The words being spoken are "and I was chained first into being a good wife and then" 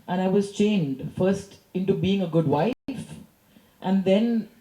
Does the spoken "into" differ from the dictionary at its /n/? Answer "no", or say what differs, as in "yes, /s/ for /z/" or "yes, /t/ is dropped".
no